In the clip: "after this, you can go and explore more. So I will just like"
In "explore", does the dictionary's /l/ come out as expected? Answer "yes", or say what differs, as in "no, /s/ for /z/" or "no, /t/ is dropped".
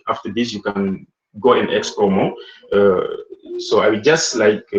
no, /l/ is dropped